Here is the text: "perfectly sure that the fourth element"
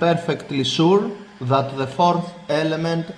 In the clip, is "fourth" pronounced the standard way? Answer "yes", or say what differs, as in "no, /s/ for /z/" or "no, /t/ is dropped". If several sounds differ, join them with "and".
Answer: yes